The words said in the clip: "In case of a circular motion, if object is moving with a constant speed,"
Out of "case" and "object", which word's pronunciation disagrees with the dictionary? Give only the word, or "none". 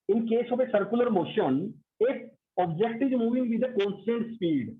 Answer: none